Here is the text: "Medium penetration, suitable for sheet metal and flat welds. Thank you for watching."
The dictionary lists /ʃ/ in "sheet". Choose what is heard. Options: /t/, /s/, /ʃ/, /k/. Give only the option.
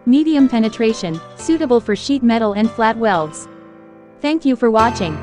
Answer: /ʃ/